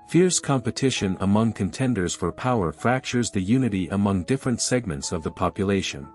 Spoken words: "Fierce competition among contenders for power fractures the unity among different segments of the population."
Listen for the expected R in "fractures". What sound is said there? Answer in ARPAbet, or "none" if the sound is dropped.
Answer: R